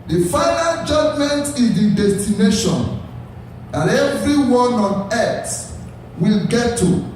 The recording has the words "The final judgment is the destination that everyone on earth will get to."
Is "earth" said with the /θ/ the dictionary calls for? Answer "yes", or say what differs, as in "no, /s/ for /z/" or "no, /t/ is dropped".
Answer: no, /s/ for /θ/